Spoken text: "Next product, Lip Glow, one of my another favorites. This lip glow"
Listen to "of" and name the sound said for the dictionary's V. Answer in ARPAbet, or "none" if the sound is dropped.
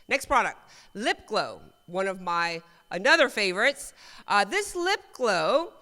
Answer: V